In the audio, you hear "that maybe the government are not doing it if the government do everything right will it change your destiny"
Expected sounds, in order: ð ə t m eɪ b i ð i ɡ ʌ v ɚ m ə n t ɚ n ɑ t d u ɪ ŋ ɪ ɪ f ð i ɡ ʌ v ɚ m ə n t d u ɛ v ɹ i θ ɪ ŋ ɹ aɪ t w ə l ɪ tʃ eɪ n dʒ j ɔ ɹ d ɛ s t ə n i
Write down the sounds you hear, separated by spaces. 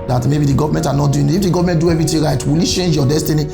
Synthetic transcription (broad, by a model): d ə t m eɪ b i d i ɡ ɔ v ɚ m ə n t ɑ n ɑ t d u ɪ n ɪ f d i ɡ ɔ v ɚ m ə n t d u ɛ v ɹ i t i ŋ ɹ aɪ t w ə l ɪ tʃ eɪ n dʒ j ɔ d ɛ s t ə n i